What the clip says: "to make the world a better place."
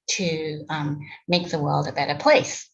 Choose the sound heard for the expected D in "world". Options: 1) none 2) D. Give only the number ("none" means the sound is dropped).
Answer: 2